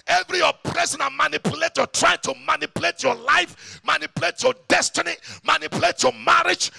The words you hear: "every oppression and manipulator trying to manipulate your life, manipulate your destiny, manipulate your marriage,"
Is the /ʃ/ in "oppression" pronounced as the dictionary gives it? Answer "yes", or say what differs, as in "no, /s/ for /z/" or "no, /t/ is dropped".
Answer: no, /s/ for /ʃ/